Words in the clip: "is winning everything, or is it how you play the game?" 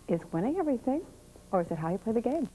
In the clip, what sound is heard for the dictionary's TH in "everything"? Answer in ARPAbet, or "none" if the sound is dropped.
TH